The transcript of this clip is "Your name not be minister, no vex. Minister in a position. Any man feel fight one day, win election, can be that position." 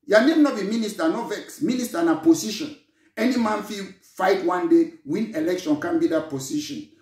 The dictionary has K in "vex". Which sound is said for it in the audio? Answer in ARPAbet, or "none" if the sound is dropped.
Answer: K